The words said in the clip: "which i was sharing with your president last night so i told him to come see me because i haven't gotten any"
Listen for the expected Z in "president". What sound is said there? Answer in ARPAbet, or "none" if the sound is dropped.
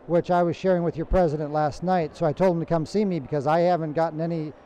Z